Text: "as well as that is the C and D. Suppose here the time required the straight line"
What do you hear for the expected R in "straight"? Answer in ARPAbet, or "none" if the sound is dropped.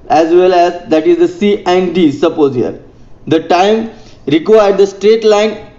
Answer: R